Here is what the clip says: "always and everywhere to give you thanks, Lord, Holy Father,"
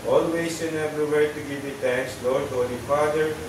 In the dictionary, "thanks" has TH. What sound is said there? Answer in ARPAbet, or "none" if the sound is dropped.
T